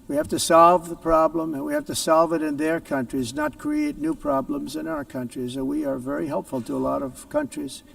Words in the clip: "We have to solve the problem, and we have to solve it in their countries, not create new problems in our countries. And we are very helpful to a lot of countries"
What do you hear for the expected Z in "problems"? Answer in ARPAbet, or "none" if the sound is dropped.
Z